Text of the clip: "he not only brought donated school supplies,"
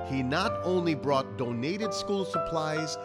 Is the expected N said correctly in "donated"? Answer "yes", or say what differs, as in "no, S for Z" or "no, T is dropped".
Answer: yes